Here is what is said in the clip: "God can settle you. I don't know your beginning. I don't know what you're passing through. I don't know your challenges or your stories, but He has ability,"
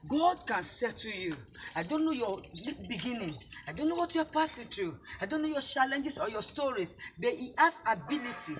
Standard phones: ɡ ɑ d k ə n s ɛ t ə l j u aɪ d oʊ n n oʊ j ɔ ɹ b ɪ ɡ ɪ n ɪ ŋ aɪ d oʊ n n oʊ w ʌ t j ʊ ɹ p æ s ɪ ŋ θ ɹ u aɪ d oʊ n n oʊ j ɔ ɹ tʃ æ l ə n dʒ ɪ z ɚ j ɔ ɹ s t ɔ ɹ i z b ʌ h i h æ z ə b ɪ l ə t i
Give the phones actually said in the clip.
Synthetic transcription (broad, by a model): ɡ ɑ d k ə n s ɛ t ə j u aɪ d oʊ n n oʊ j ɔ l b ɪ ɡ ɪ n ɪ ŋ aɪ d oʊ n n oʊ w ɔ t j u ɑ p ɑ s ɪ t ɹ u aɪ d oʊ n n oʊ j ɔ tʃ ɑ l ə n dʒ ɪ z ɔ j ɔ s t ɔ ɹ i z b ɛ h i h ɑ s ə b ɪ l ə t i